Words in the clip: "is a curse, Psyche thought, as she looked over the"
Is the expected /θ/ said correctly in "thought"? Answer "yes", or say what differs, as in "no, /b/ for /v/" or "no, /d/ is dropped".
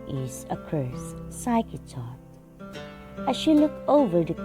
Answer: no, /t/ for /θ/